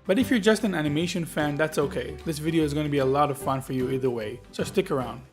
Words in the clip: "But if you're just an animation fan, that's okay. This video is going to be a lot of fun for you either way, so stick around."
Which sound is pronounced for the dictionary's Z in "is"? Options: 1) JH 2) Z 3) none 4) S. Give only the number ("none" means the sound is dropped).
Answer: 2